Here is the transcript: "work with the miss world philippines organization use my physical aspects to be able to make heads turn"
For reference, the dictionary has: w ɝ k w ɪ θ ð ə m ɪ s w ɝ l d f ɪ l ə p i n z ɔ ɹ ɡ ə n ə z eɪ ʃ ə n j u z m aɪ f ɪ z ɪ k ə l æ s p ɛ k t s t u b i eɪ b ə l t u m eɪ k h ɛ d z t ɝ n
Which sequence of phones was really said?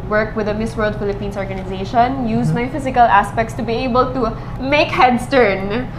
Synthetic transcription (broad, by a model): w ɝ k w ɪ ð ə m ɪ s w ɝ l d f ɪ l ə p i n s ɔ ɹ ɡ ə n ə z eɪ ʃ ə n j u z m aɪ f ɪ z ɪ k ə l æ s p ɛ k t s t u b i eɪ b ə l t u m eɪ k h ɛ d s t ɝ n